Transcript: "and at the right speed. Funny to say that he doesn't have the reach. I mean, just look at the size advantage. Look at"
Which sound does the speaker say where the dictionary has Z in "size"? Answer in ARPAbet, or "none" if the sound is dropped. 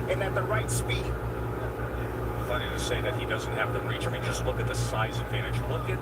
Z